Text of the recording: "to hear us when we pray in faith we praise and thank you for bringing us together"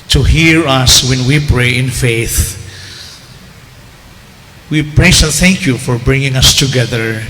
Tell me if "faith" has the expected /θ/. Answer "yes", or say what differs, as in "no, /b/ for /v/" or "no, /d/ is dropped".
yes